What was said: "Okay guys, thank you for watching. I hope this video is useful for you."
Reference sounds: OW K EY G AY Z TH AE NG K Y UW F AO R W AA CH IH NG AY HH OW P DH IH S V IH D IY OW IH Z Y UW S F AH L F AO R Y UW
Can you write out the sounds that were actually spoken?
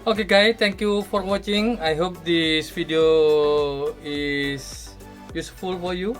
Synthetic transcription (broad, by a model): OW K EY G AY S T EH NG K Y UW F AO R W AA CH IH NG AY HH OW P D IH S F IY D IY OW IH S Y UW S F AH L F AO R Y UW